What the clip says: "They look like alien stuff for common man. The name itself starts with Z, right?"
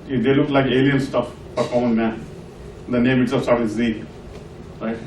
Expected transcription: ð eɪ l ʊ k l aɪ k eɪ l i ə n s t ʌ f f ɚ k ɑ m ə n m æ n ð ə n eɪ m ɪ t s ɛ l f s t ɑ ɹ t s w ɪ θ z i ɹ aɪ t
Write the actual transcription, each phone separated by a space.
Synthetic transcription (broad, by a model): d eɪ l ʊ k l aɪ k eɪ l i ə n s t ʌ f p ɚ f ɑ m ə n m æ n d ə n eɪ m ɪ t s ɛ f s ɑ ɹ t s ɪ z i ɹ aɪ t